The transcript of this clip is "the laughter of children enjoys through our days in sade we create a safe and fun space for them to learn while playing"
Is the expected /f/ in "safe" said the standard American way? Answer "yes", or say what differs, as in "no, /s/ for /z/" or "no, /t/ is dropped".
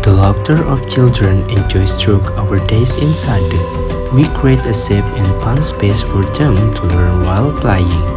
no, /p/ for /f/